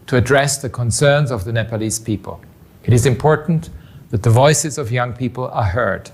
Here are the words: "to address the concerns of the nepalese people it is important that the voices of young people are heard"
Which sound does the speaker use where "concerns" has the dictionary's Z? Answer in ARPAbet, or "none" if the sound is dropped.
Z